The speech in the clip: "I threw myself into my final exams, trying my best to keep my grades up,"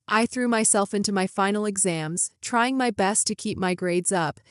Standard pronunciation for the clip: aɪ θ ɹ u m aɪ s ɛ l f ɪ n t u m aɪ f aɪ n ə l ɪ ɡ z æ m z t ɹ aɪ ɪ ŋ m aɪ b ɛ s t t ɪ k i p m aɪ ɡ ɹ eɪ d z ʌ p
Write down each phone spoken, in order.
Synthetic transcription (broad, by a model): aɪ θ ɹ u m aɪ s ɛ l f ɪ n t u m aɪ f aɪ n l ɪ ɡ z æ m z t ɹ aɪ ɪ ŋ m aɪ b ɛ s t t ɪ k i p m aɪ ɡ ɹ eɪ d z ʌ p